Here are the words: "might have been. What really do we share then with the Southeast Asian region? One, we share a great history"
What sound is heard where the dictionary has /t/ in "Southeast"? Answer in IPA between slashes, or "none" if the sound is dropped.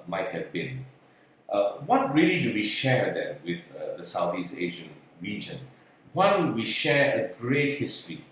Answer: none